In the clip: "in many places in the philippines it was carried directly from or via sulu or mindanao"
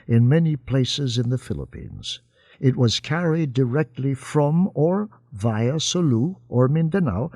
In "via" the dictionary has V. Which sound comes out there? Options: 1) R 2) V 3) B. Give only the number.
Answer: 2